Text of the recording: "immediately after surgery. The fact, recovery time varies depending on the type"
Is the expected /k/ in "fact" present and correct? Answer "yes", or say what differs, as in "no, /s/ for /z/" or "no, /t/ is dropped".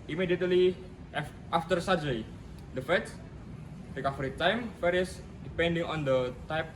no, /k/ is dropped